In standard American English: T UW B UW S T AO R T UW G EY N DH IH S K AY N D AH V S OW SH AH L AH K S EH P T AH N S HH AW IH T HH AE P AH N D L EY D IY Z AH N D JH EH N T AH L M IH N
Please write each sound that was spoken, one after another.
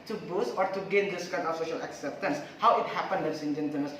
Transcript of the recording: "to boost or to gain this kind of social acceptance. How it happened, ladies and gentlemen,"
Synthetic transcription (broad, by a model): T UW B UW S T AO R T UW G EY N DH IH S K AY N D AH F S OW SH AH L AH K S EH P T AH N S HH AW IH T HH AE P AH N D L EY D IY S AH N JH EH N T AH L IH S